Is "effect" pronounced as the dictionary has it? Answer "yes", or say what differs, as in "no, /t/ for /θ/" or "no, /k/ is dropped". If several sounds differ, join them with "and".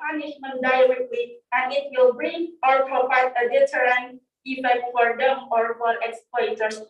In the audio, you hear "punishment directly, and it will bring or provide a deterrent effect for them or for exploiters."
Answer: no, /k/ is dropped